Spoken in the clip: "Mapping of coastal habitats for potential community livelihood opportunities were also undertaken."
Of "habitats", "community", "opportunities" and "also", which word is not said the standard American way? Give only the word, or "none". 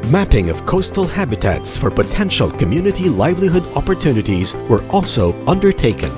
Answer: none